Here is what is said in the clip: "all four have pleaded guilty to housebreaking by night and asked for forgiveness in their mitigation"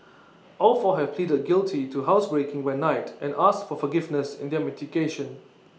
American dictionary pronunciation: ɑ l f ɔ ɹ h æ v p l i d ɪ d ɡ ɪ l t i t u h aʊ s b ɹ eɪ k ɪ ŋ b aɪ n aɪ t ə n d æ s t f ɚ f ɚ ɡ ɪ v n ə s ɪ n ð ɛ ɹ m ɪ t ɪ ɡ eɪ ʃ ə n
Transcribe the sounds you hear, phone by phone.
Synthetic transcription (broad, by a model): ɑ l f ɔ h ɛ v p l i d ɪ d ɡ ɪ l t i t u h aʊ s b ɹ eɪ k ɪ ŋ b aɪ n aɪ t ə n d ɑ s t f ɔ f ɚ ɡ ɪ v n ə s ɪ n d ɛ m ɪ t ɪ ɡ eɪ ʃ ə n